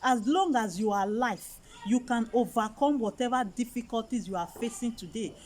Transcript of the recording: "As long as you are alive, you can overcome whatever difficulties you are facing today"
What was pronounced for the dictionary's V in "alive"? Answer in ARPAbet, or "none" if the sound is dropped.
F